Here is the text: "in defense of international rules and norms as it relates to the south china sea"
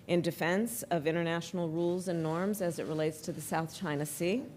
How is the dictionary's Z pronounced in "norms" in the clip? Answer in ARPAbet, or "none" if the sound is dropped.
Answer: Z